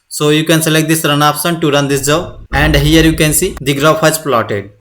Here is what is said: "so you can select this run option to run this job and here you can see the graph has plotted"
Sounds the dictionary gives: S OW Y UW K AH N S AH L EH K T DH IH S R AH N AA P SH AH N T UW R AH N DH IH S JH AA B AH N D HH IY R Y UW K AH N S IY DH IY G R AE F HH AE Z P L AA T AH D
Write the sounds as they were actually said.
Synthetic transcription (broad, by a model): S OW Y UW K AH N S AH L EH K T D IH S R AH N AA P S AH N T UW R AH N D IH S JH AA AH N D HH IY R Y UW K AH N S IY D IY G R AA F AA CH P L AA T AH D